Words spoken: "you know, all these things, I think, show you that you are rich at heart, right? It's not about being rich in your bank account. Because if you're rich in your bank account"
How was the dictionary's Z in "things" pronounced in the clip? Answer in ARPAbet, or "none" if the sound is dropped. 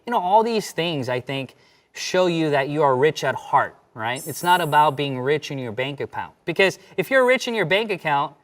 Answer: Z